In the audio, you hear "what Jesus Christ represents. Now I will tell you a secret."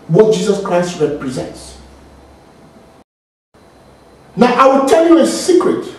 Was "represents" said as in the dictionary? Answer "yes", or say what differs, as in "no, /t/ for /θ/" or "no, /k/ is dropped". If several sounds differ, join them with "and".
yes